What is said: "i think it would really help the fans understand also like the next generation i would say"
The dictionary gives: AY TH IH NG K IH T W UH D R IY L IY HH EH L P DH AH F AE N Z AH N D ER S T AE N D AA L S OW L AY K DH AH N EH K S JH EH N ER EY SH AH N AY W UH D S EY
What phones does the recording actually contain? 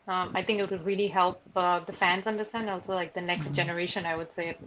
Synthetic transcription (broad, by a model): AY TH IH NG K IH T W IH D R IY L IY HH EH L P DH AH F AE N Z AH N D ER S T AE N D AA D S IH L AY K DH AH N EH K S JH EH N ER EY SH AH N AY W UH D S EY